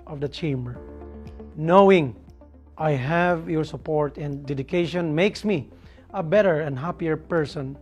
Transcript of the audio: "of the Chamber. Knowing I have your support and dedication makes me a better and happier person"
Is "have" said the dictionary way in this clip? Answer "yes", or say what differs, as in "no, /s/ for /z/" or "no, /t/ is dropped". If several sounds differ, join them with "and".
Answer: yes